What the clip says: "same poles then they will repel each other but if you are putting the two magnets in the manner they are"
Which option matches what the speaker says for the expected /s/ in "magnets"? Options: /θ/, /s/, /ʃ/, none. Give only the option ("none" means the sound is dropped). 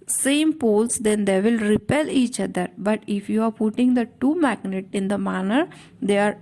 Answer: none